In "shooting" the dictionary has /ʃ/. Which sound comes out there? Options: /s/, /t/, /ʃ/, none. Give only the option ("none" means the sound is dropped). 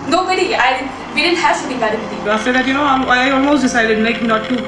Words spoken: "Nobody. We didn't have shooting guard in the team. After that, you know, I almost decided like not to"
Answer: /s/